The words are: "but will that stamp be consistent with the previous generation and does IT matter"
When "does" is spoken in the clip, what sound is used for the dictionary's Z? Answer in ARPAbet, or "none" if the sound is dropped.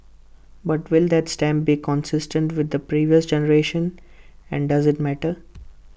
Z